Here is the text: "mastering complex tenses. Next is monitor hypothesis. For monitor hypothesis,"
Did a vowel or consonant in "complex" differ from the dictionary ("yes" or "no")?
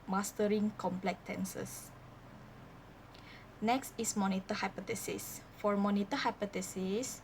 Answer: yes